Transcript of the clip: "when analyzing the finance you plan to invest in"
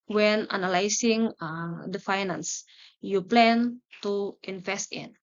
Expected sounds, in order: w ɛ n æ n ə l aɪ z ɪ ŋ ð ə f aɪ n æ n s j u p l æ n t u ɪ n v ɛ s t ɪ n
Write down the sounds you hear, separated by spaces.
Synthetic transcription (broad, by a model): w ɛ n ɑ n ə l aɪ s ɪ ŋ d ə f aɪ n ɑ n s j u p l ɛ n t u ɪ n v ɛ s t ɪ n